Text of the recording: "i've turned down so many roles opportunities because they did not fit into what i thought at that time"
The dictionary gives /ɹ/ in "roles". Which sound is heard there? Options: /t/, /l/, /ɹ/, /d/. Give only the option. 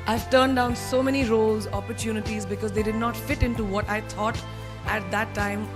/ɹ/